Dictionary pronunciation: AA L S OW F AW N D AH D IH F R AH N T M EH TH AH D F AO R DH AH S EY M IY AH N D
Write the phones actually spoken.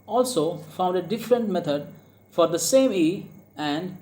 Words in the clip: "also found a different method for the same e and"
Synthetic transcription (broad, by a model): AA L S OW F AW N D AH D IH F R AH N T M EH T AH D F AO R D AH S EY M IY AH N D